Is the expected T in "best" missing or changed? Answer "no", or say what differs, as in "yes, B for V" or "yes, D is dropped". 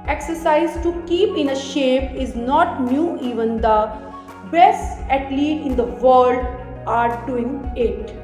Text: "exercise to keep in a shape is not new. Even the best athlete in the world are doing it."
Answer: yes, T is dropped